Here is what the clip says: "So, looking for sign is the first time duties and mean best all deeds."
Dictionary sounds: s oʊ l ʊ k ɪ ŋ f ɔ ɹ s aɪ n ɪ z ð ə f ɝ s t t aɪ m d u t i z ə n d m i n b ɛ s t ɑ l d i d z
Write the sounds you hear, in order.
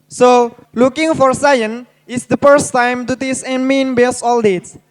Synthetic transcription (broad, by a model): s oʊ l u k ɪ ŋ f ɔ ɹ s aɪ n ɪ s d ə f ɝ s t t aɪ m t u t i s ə n m i n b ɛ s ɑ l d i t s